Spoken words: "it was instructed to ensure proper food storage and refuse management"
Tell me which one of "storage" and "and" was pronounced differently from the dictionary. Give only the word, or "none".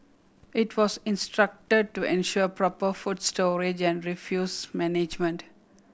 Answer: none